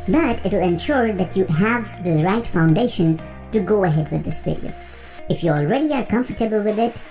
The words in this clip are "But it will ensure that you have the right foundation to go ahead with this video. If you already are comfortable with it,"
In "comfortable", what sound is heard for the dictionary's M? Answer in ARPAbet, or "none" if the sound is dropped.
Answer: M